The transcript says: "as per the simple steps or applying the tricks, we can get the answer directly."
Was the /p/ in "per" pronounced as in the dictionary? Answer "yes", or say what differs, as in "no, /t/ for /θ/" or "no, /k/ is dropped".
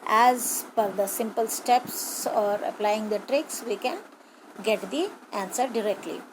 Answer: no, /f/ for /p/